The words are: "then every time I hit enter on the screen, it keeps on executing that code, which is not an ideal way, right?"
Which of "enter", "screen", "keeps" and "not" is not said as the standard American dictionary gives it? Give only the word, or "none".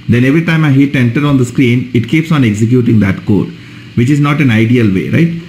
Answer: none